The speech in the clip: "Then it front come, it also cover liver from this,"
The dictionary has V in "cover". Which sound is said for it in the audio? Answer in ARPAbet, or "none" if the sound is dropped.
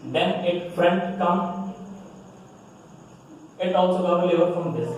none